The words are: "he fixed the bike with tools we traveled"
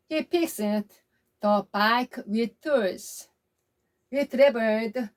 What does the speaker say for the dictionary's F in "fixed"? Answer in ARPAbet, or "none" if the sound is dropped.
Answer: P